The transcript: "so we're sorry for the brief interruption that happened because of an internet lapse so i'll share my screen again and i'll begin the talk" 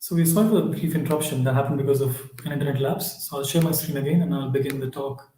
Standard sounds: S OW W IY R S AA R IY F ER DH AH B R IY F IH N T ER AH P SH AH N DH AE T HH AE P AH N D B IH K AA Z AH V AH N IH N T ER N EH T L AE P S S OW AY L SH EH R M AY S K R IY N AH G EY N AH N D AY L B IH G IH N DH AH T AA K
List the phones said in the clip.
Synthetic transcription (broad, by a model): S OW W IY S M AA IY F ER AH B R IY F IH N T ER AH P SH AH N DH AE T HH AE P AH N D B IH K AA Z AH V AH N IH N T ER N EH T L AE P S S OW AY L SH EH R M AY S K R IY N AH G EY N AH N AY L B IH G IH N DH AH T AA K